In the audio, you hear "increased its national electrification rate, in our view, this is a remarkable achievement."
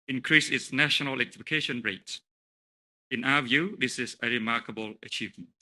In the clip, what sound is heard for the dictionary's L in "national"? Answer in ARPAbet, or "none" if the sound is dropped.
N